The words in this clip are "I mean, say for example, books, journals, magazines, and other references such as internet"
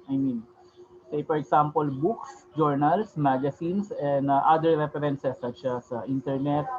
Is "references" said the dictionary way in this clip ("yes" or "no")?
no